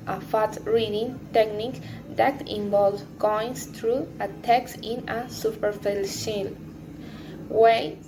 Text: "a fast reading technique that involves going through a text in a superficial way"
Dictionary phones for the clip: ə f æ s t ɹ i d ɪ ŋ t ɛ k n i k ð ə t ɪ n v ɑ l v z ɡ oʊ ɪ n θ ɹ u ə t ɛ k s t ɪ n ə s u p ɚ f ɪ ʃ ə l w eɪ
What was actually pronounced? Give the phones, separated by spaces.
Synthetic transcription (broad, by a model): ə f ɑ t ɹ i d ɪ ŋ t ɛ k n i k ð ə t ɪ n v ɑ l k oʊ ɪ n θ ɹ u ə t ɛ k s ɪ n ə s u p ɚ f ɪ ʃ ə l w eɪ